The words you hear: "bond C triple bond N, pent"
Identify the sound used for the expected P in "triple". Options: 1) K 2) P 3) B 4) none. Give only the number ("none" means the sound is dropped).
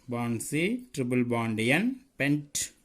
3